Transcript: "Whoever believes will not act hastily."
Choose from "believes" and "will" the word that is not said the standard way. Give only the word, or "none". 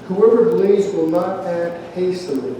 believes